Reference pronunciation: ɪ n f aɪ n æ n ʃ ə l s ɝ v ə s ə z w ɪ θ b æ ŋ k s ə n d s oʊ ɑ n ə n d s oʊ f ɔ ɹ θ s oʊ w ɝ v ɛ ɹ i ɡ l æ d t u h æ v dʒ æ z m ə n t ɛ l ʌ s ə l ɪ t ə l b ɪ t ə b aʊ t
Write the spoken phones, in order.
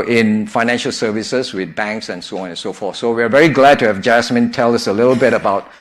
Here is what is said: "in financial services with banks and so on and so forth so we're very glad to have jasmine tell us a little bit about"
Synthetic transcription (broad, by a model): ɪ n f aɪ n æ n ʃ ə l s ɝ v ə s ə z w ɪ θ b æ ŋ k s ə n s oʊ ɑ n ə n s oʊ f ɔ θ s oʊ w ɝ v ɛ ɹ i ɡ l æ d t u h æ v dʒ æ s m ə n t ɛ l ʌ s ə l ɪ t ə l b ɪ t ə b aʊ t